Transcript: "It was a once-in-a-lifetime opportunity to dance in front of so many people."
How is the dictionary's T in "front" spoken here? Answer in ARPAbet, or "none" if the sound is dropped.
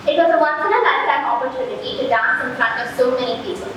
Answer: none